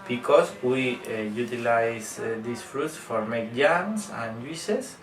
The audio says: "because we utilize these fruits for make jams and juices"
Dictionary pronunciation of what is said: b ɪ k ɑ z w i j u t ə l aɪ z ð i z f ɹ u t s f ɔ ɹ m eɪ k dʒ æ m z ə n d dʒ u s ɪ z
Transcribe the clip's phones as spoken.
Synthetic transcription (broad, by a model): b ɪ k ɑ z w i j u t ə l aɪ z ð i s f ɹ u t s f ɔ ɹ m eɪ k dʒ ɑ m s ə n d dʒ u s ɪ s